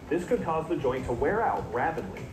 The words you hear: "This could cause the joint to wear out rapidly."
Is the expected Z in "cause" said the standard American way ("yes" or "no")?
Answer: yes